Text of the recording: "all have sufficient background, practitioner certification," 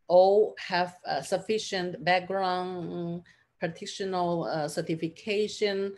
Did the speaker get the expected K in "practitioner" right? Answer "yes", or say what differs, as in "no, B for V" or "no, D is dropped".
no, K is dropped